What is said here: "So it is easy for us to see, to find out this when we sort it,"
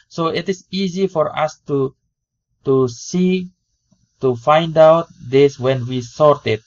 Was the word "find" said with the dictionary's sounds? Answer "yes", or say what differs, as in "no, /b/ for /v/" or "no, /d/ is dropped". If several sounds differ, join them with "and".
yes